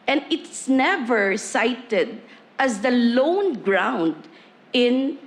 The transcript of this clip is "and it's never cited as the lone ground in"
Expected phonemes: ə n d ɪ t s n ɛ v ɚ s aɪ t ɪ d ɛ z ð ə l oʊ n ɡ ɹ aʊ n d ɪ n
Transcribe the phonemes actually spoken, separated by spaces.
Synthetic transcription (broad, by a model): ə n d ɪ t s n ɛ v ɚ s aɪ t ɪ d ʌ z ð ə l oʊ n ɡ ɹ aʊ n d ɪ n